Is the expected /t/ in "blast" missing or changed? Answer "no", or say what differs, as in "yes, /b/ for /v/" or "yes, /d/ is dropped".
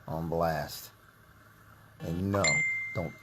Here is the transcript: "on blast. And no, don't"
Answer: no